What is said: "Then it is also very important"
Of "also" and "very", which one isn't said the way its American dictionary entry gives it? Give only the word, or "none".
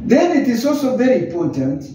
none